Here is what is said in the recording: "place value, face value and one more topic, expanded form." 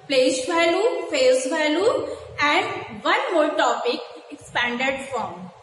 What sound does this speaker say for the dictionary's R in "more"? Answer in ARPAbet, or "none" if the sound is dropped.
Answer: L